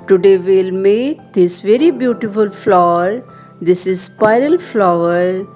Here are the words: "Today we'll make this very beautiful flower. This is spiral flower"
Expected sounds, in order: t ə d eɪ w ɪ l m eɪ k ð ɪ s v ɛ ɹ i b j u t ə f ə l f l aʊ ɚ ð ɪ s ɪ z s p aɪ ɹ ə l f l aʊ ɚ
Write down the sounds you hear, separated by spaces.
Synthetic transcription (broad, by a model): t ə d eɪ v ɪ l m eɪ k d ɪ s v ɛ ɹ i b j u t ə f ə l f l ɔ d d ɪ s ɪ z s p aɪ ɹ ə l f l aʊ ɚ